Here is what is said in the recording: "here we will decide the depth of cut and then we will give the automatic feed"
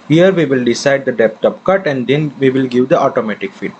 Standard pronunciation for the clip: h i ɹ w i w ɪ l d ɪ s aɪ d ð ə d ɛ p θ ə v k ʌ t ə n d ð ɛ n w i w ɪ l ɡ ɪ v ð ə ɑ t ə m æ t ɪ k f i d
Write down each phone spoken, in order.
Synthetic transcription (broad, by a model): h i ɹ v i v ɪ l d ɪ s aɪ d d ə d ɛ p t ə p k ʌ t ə n d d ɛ n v i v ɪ l ɡ ɪ v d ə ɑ t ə m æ t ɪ k f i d